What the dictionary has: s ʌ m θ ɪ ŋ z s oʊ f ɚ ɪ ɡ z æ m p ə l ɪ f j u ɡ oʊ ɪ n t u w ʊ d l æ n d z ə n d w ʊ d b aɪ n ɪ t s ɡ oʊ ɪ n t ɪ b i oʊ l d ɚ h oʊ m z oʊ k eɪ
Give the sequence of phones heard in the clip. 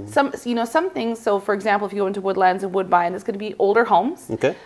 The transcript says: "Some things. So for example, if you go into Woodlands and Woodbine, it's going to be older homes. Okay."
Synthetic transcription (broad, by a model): s ʌ m θ ɪ ŋ z s oʊ f ɚ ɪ ɡ z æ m p l ɪ f j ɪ ɡ oʊ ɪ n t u w ʊ d l æ n d z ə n w ʊ d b aɪ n ɪ t s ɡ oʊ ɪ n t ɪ b i oʊ l d ɚ h oʊ m z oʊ k eɪ